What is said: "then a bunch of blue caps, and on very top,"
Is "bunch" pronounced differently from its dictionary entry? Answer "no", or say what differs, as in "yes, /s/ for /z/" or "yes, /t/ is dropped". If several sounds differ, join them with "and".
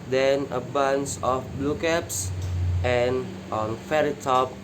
yes, /s/ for /tʃ/